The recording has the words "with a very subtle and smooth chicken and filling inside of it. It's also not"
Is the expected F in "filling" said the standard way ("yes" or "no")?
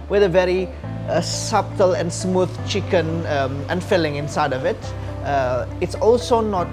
yes